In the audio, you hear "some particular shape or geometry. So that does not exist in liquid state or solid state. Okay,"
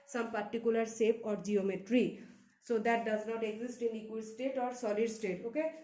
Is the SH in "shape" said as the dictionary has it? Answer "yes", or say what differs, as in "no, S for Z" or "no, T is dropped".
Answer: no, S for SH